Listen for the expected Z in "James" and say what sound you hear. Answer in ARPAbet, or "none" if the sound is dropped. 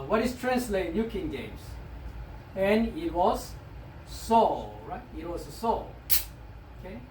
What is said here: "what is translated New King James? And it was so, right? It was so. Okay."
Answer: S